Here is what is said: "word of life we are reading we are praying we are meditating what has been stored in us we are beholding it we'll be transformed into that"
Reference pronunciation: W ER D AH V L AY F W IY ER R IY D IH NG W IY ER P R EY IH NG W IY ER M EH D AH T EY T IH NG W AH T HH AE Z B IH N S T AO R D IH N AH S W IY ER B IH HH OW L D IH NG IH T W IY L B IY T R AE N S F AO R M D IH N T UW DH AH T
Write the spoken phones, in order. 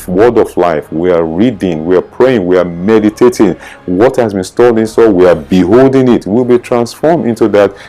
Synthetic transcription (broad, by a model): W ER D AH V L AY F W IY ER R IY D IH NG W IY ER P R EY IH NG W IY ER M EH D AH T EY T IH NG W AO T HH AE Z B IH N S T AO L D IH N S W IY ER B IH HH OW L D IH NG IH T W IY L B IY T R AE N S F AO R M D IH N T UW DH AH T